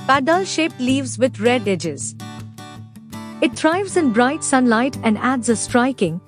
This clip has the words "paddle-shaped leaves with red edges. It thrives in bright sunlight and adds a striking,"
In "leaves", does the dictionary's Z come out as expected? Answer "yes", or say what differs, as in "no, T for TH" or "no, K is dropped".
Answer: yes